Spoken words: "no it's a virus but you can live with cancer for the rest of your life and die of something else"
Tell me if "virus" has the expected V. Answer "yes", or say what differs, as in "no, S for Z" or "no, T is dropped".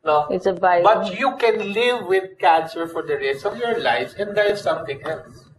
no, B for V